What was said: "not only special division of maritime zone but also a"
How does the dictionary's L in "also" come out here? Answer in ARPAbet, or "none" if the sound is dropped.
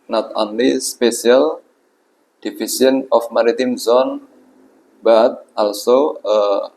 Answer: L